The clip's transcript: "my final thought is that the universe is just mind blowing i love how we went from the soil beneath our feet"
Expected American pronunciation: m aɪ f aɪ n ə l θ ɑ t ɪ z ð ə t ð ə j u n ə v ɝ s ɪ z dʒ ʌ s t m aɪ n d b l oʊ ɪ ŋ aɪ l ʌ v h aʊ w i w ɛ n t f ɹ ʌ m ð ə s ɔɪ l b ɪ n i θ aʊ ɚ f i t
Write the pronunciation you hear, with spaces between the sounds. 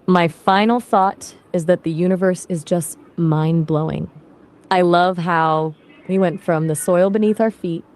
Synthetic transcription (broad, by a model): m aɪ f aɪ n l θ ɑ t ɪ z ð ə t ð ə j u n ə v ɝ s ɪ z dʒ ʌ s t m aɪ n b l oʊ ɪ ŋ aɪ l ʌ v h aʊ w i w ɛ n t f ɹ ʌ m ð ə s ɔɪ l b ɪ n i θ aʊ ɚ f i t